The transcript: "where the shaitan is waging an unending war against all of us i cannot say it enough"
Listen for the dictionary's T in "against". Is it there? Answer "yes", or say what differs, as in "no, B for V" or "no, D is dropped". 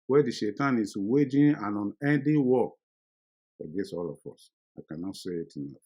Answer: no, T is dropped